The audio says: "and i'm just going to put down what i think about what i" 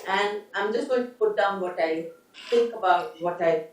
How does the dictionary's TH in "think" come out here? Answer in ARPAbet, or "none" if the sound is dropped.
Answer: T